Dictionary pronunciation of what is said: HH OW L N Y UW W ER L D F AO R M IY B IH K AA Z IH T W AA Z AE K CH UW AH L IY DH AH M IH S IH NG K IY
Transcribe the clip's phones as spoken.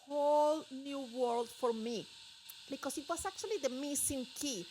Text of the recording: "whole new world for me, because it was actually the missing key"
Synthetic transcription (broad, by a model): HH OW L N Y UW W ER L D F AO R M IY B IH K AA S IH T W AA S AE K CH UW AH L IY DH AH M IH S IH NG K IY